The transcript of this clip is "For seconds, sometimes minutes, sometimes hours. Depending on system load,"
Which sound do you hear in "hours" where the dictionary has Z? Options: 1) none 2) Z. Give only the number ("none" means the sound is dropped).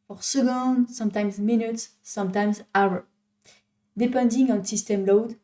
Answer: 1